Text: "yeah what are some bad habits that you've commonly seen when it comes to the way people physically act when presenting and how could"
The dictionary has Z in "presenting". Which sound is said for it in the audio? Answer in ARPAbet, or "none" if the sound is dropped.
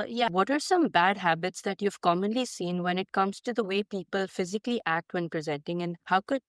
Z